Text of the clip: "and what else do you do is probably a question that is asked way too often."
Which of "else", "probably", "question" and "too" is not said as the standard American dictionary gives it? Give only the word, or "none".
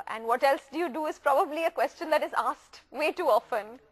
none